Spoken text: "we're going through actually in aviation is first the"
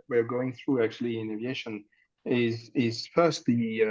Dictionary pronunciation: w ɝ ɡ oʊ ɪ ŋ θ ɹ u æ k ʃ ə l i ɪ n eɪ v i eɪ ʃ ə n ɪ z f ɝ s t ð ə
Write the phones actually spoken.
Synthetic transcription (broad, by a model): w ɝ ɡ oʊ ɪ ŋ θ ɹ u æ k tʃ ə l i ɪ n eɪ v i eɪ ʃ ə n ɪ z f ɝ s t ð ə